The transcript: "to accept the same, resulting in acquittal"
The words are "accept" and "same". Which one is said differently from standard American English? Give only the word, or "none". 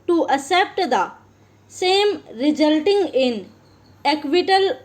accept